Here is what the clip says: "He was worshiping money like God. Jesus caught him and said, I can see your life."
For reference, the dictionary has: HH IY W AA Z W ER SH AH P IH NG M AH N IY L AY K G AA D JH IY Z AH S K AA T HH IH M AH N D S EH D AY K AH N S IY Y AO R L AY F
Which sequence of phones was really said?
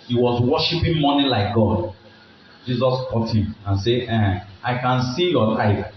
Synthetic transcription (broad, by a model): HH IY W AA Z W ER SH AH P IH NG M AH N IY L AY K G AA D JH IY Z AH S K AA T HH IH M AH N S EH AY K AH N S IY Y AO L AY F